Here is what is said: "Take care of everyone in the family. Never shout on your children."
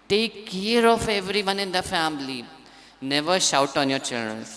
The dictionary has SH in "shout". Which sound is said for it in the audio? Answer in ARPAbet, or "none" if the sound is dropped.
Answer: SH